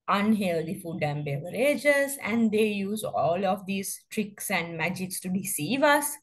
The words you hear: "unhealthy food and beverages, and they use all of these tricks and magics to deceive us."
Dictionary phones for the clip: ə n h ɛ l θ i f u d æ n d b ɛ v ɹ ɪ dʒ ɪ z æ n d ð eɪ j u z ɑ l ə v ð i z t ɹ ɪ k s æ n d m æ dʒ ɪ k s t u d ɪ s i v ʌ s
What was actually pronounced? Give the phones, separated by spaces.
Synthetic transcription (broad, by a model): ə n h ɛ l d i f u d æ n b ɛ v ɹ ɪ dʒ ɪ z æ n d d eɪ j u z ɑ l ə v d i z t ɹ ɪ k s æ n d m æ dʒ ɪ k s t u d ɪ s i v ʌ s